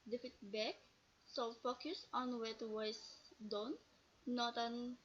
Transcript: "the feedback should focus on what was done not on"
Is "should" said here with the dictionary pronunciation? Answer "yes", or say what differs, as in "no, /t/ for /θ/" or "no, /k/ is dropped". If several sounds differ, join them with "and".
no, /s/ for /ʃ/